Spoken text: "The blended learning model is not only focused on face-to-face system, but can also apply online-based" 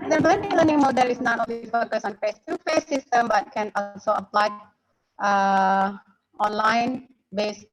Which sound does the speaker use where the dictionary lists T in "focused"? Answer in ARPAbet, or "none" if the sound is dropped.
none